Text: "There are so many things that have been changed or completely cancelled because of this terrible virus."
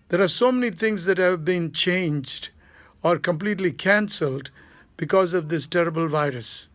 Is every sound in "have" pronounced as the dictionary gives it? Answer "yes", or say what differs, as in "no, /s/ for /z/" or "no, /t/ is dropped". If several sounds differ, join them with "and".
yes